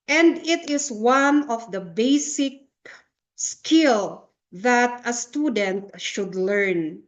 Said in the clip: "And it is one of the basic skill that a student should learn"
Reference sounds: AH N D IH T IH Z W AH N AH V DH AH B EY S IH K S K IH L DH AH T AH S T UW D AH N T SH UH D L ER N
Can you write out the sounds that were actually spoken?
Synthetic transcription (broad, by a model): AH N D IH T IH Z W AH N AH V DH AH B EY S IH K S K IH L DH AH T AH S T UW D AH N T SH UH D L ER N